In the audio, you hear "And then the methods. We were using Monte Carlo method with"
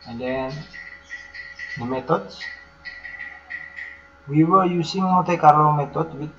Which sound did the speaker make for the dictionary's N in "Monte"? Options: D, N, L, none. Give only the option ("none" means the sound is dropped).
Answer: none